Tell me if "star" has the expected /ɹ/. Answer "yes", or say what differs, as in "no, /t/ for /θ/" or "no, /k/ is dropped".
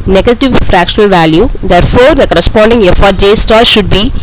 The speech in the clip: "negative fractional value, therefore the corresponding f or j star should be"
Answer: no, /l/ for /ɹ/